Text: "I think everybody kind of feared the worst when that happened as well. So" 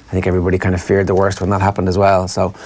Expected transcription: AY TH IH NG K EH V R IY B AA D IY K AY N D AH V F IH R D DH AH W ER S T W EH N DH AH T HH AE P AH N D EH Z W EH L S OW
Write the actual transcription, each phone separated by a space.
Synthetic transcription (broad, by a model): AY TH IH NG K EH V R IY B AA D IY K AY N D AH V F IH R D DH AH W ER S T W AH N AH T HH AE P AH N D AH Z W EH L S OW